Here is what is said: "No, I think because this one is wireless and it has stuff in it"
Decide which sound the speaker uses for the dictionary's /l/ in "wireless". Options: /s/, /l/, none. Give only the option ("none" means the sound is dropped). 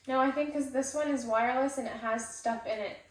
/l/